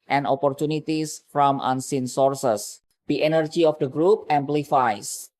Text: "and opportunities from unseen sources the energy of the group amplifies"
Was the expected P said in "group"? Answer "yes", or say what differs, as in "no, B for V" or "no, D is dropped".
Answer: yes